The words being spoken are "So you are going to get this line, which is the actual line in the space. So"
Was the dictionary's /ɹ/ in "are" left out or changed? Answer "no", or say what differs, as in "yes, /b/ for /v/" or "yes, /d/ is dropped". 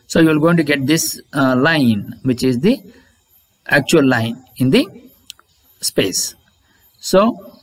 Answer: yes, /l/ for /ɹ/